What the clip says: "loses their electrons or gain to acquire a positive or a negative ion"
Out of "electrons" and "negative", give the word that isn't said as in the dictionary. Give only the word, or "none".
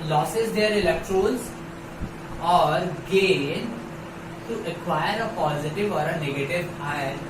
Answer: electrons